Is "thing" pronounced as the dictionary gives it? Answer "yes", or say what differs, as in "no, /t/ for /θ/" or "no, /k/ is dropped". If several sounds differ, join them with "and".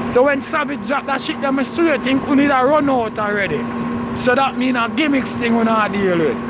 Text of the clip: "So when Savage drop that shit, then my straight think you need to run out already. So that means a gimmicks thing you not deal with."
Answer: no, /t/ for /θ/